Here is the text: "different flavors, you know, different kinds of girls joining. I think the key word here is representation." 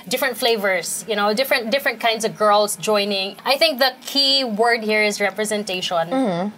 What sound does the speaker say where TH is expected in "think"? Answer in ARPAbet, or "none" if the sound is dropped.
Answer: TH